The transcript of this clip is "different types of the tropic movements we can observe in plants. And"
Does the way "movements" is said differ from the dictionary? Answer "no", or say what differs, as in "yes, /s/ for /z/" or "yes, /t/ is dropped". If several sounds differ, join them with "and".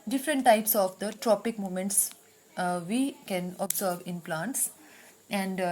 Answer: yes, /v/ is dropped